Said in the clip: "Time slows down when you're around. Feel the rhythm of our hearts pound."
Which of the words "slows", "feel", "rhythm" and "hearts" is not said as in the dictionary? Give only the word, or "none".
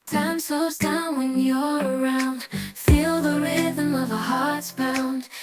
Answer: slows